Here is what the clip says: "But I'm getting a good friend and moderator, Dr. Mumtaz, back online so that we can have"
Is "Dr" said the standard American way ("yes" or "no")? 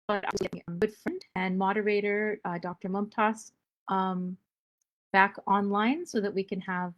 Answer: yes